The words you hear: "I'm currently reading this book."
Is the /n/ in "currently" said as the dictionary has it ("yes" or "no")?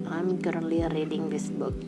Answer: no